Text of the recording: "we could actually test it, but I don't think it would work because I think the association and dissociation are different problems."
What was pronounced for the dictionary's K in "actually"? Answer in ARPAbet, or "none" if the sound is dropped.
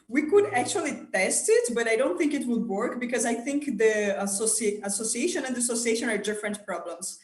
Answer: K